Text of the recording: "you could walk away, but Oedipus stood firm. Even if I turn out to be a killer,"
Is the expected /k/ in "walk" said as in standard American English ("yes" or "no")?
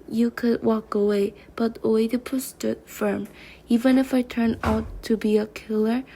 yes